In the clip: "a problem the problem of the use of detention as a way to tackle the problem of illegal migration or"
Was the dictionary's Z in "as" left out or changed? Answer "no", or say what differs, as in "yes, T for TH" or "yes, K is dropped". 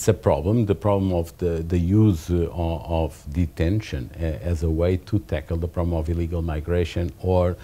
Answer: no